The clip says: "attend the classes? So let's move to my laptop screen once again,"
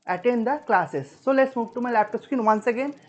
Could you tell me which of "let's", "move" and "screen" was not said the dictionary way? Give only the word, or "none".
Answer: screen